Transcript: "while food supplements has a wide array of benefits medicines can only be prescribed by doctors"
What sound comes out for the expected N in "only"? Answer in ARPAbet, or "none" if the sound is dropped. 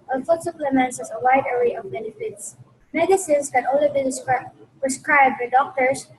none